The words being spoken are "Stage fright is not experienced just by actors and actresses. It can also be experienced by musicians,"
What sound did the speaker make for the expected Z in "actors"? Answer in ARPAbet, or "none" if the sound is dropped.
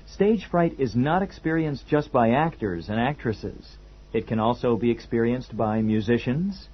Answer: Z